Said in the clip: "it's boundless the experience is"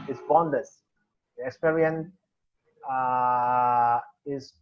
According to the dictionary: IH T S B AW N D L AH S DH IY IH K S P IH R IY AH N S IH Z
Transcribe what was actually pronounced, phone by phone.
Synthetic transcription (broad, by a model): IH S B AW N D AH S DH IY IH K S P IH R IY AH N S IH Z